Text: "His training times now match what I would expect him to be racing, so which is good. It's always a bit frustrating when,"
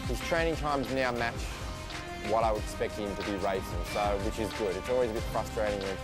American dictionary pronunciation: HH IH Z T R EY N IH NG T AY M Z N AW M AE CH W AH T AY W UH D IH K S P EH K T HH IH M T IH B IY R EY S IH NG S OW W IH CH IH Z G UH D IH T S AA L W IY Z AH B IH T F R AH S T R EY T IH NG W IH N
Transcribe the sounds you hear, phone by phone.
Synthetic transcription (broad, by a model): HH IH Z T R EY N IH NG T AY M Z N AW M AE CH W AH T AY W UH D IH K S P EH K T HH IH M T IH B IY R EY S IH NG S OW W IH CH IH Z G UH D IH T S AA L W IY Z AH B IH T F R AH S T R EY T IH NG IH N